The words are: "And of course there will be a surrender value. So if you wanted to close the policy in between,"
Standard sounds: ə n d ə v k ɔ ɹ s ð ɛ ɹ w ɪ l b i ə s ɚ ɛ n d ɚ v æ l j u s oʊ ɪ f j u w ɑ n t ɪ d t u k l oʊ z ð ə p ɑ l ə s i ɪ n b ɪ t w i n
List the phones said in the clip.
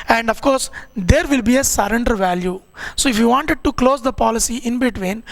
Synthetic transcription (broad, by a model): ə n d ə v k ɔ ɹ s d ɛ ɹ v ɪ l b i ə s ɚ ɛ n d ɚ v æ l j u s oʊ ɪ f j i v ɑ n t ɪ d t u k l oʊ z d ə p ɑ l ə s i ɪ n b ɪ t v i n